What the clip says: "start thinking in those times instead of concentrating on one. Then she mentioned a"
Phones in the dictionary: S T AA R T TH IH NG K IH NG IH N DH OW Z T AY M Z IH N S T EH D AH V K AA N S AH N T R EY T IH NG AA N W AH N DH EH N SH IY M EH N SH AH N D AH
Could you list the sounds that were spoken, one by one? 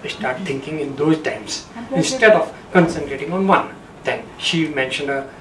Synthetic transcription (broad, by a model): S T AA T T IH NG K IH NG IH N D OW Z T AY M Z IH N S T EH D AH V K AA N S AH N T R EY T IH NG AA N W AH N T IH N SH IY M EH N SH AH N D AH